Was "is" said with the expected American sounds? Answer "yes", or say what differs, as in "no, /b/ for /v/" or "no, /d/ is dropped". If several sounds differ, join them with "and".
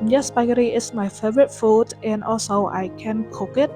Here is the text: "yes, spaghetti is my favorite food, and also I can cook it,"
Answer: no, /s/ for /z/